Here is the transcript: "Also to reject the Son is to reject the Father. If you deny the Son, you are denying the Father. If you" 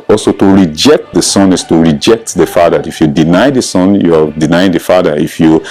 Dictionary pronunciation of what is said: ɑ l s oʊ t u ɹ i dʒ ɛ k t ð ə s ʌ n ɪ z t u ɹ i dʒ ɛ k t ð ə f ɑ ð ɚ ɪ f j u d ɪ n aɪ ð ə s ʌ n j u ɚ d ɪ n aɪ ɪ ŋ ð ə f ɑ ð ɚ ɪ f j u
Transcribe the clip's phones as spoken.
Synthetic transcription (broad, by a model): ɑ l s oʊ t u ɹ i dʒ ɛ k t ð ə s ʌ n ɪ s t u ɹ i dʒ ɛ k t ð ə f ɑ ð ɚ ɪ f j u d ɪ n aɪ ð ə s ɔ n j u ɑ d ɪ n aɪ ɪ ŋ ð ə f ɑ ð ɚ ɪ f j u